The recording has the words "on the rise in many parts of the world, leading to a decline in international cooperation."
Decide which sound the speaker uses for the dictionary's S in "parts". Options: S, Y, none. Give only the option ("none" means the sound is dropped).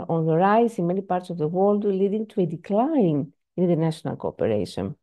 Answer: S